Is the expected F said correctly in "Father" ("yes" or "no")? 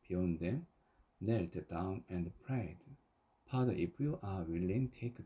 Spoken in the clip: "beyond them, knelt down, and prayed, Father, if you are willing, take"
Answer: no